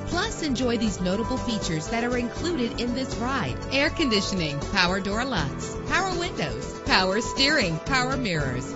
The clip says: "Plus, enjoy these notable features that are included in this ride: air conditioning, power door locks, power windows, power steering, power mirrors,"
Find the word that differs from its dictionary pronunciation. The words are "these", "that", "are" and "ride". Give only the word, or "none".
none